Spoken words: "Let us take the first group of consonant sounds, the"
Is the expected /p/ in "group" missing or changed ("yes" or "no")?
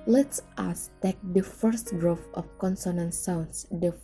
yes